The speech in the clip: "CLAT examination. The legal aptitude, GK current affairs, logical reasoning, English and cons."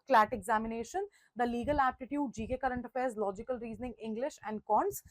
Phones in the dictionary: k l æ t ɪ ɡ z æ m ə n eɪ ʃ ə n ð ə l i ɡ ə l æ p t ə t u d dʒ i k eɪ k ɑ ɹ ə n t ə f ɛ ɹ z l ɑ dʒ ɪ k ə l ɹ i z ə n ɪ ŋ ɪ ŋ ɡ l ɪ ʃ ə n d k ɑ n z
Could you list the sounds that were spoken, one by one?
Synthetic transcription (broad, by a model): k l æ t ɪ ɡ z æ m ə n eɪ ʃ ə n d ə l i ɡ ə l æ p t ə t u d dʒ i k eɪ k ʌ ɹ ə n t ə f ɛ ɹ z l ɑ dʒ ɪ k ə l ɹ i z ə n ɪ ŋ ɪ ŋ ɡ l ɪ ʃ ə n d k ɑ n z